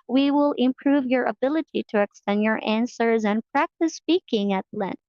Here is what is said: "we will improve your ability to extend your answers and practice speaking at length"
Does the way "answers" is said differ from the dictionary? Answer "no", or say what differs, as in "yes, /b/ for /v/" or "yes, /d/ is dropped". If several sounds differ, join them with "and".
no